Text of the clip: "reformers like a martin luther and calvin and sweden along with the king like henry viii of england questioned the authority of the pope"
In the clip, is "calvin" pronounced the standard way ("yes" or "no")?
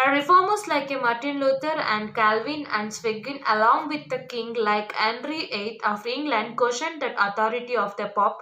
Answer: yes